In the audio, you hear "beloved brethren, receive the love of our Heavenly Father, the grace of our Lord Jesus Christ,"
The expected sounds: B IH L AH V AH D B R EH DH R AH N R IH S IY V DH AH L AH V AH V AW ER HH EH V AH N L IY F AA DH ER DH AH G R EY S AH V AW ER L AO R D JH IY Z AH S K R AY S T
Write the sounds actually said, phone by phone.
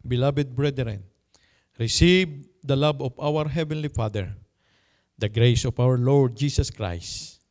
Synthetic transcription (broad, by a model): B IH L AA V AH D B R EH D R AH N R IH S IY V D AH L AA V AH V AW ER HH EH V AH N L IY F AA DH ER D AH G R EY S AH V AW ER L AO R D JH IY S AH S K R AY S T